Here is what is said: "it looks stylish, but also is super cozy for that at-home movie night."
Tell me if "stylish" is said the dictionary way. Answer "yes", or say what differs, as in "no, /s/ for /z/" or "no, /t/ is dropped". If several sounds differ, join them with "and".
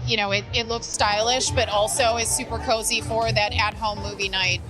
yes